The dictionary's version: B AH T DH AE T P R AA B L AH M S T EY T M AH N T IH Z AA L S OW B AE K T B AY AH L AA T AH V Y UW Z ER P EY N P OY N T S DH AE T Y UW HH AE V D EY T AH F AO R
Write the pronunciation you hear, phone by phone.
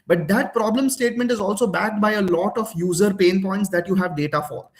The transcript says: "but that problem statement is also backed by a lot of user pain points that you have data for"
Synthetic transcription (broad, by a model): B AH T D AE T P R AA B L AH M S T EY T M AH N T IH Z AA L S OW B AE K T B AY AH L AA T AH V Y UW Z ER P EY N P OY N T S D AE T Y UW HH AE V D EY T AH F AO R